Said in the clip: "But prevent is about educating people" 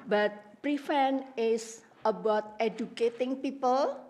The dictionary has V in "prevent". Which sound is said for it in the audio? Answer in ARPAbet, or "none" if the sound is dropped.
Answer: F